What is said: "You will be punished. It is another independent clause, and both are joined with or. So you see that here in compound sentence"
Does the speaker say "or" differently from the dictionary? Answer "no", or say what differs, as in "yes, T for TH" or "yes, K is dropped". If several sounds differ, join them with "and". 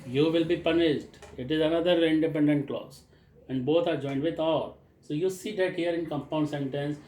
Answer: yes, L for R